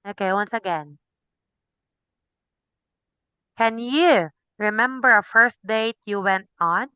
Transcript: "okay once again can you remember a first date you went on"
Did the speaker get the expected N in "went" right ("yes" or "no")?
yes